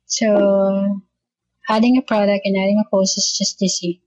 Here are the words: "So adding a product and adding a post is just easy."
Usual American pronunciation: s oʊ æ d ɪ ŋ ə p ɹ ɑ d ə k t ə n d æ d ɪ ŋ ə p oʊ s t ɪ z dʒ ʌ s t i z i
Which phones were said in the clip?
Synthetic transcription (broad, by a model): s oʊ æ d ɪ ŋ ə p ɹ ɑ d ə k t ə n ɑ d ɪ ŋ ə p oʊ s ɪ s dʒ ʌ s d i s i